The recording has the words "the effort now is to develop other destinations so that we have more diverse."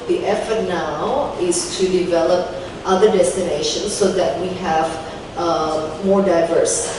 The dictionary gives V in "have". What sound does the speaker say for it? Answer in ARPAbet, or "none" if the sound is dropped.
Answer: V